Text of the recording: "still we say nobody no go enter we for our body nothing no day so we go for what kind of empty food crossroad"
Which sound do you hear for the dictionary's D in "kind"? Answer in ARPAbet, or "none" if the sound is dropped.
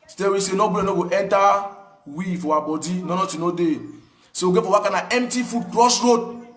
none